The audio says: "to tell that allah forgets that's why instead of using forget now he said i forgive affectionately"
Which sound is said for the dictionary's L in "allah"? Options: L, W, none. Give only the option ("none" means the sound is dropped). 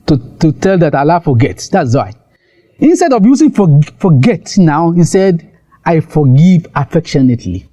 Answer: L